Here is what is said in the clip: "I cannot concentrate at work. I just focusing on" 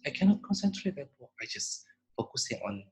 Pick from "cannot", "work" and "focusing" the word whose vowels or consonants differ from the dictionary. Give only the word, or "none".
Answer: work